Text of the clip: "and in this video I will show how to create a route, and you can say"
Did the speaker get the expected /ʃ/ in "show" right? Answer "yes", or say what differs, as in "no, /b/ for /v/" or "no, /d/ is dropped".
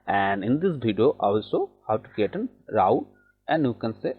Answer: no, /s/ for /ʃ/